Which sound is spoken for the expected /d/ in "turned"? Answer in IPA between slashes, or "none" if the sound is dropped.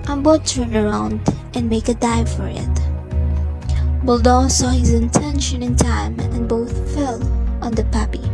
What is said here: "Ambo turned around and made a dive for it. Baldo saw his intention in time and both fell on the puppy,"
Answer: none